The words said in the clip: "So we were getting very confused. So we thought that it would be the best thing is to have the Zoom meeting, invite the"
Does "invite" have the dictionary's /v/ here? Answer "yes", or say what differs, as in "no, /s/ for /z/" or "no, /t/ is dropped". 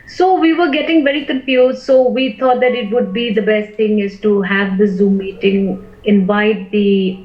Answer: yes